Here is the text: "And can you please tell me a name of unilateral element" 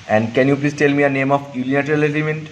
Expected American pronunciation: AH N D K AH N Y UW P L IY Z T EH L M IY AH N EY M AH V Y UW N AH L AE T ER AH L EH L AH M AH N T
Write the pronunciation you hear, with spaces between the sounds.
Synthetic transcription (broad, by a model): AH N D K AH N Y UW P L IY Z T EH L M IY AH N EY M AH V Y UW L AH N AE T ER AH L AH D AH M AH N T